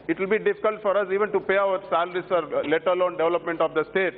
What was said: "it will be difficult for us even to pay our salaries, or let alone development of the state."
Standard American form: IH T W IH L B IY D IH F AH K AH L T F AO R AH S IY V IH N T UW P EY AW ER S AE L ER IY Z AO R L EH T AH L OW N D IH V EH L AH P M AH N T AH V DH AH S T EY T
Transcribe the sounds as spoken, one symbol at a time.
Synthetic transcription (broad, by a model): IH T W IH L B IY D IH F AH K AH L T F AO R AH S IY V IH N T UW P EY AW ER S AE L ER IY S AO R L EH T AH L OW N D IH V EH L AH P M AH N T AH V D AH S T EY T